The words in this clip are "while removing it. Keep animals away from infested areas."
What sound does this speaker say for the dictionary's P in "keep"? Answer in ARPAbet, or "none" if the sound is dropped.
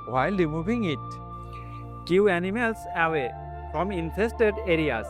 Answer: none